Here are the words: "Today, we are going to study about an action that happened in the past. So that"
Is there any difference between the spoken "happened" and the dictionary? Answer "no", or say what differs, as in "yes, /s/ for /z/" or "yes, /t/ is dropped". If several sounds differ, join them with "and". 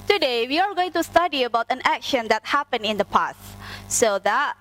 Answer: yes, /d/ is dropped